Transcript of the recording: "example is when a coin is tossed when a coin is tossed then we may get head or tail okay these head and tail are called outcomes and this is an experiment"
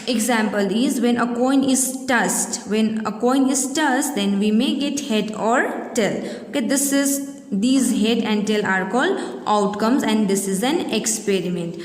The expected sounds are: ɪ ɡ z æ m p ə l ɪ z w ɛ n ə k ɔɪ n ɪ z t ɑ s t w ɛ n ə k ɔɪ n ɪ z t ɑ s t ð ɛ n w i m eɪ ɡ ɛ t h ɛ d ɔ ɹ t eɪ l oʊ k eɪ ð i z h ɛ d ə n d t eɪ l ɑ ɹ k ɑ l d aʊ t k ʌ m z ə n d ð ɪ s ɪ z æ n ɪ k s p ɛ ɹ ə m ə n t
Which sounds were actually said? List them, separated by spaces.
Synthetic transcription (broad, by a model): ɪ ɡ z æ m p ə l ɪ z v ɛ n ə k ɔɪ n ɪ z t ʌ s t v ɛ n ə k ɔɪ n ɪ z t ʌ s t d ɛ n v i m eɪ ɡ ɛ t h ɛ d ɔ ɹ t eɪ l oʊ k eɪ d i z h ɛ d ə n d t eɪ l ɑ ɹ k ɑ l d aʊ t k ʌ m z ə n d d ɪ s ɪ z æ n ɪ k s p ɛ ɹ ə m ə n t